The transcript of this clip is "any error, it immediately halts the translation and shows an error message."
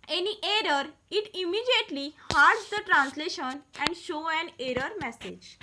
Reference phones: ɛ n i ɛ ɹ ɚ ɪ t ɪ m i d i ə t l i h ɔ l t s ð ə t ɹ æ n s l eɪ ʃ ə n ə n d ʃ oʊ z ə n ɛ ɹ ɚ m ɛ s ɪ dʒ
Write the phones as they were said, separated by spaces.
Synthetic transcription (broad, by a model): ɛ n i ɛ ɹ ɚ ɪ t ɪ m i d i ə t l i h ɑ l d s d ə t ɹ æ n s l eɪ ʃ ə n ə n d ʃ oʊ ə n ɛ ɹ ɚ m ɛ s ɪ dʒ